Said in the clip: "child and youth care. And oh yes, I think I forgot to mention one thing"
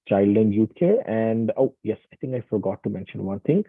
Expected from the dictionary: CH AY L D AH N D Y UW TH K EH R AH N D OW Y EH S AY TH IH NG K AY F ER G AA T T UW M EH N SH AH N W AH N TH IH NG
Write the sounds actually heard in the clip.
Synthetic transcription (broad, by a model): CH AY L D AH N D Y UW T K EH R AH N D OW Y EH S AY T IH NG K AY F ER G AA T T UW M EH N SH AH N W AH N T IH NG